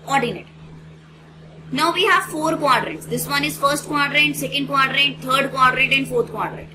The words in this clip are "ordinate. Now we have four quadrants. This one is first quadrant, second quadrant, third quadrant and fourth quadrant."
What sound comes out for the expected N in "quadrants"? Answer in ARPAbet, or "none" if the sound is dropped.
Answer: none